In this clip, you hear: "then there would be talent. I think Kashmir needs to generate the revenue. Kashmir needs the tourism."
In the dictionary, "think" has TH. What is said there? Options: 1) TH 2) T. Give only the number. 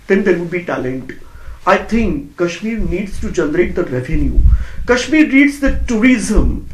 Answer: 2